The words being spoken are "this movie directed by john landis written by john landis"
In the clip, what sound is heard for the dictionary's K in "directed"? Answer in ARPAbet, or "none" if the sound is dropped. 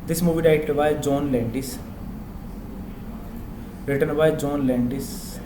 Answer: none